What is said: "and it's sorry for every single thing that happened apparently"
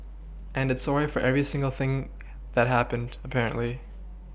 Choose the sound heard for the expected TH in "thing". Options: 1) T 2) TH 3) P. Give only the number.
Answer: 2